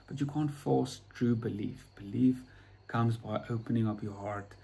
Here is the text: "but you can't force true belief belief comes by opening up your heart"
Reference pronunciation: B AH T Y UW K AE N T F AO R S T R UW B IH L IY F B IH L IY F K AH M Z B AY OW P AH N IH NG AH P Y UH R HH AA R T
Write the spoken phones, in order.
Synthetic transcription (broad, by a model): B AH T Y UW K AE N T F AO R S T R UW B IH L IY F B IH L IY F K AH M Z B AY OW P AH N IH NG AH P Y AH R HH AA R T